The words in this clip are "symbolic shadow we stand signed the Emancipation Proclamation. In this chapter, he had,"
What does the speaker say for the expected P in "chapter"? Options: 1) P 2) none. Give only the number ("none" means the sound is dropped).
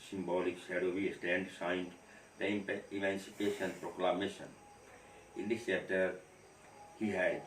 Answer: 2